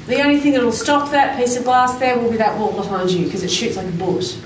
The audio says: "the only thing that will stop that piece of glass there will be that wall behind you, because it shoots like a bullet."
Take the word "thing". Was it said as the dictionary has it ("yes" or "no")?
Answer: yes